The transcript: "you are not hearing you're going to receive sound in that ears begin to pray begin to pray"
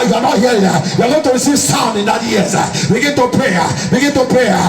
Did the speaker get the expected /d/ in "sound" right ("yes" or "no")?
no